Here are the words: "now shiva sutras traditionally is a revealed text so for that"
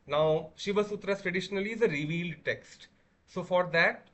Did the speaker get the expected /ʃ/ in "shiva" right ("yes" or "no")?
yes